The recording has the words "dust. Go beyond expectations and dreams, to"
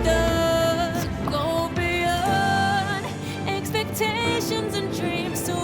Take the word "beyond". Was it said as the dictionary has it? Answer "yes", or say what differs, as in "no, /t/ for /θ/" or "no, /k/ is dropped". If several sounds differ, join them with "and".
no, /d/ is dropped